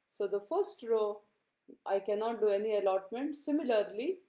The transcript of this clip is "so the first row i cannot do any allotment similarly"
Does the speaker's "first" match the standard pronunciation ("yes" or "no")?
yes